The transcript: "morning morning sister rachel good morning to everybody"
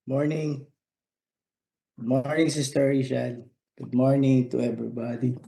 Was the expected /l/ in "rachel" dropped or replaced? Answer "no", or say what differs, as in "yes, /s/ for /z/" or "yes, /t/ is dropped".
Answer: yes, /n/ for /l/